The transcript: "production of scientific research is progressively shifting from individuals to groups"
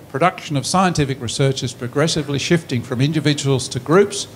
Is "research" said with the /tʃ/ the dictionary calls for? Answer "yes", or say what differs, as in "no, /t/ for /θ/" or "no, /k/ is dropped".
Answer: yes